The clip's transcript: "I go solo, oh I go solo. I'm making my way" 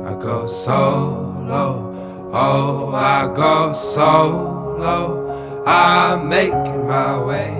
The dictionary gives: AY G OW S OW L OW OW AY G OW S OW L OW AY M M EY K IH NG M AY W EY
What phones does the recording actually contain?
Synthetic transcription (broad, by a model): AY G OW S OW L OW OW AY G OW S OW L OW AY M M EY IH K M AY W EY